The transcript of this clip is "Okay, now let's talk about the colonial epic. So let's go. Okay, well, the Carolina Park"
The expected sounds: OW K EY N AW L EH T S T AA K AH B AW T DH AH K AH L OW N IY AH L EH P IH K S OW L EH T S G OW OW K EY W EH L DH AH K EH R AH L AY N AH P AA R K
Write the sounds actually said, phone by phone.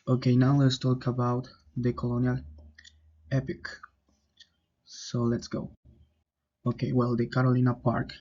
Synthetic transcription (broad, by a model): OW K EY N AW L EH T S T AA K AH B AW T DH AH K AH L OW N IY AH L EH P IH K S OW L EH T S G OW OW K EY W EH L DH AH K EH R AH L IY N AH P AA R K